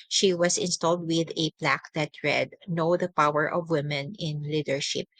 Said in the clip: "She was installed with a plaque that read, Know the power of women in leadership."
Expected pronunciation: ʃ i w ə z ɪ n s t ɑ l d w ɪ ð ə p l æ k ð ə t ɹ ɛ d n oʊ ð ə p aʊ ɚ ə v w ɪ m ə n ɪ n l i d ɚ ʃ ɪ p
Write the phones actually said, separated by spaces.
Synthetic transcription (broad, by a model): ʃ i w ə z ɪ n s t ɑ l d w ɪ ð ə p l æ k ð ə t ɹ ɛ d n oʊ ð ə p aʊ ɚ ə v w ɪ m ə n ɪ n l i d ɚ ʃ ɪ p